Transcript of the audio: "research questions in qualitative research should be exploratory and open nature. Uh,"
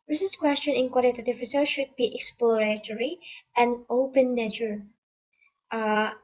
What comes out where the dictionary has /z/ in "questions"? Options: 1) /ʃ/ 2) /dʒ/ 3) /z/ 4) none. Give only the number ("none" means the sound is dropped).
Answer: 4